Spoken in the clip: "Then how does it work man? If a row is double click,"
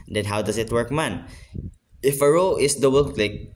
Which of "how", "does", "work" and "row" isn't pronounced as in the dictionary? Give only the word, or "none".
does